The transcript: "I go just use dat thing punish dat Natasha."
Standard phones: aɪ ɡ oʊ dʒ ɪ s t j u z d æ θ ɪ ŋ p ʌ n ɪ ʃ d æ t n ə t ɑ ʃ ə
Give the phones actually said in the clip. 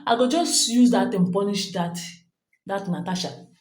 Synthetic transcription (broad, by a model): aɪ ɡ oʊ dʒ ɪ s t j u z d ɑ t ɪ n p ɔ n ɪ ʃ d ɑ t n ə t ɑ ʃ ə